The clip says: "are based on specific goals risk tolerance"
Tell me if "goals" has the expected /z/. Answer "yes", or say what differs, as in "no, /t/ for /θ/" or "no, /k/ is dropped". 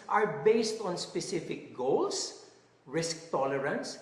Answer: no, /s/ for /z/